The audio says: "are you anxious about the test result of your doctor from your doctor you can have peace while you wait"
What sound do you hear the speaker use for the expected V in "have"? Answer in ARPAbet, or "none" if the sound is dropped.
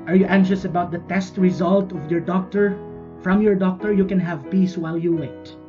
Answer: V